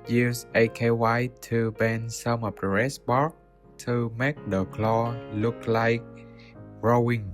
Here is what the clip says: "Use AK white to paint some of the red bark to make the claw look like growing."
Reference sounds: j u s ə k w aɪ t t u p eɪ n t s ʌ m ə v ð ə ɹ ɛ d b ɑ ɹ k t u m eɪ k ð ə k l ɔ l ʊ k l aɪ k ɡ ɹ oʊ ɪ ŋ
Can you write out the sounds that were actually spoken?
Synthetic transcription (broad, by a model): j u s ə k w aɪ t t u b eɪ n s ʌ m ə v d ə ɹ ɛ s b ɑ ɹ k t u m eɪ k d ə k l ɔ l ʊ k l aɪ k ɹ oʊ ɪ ŋ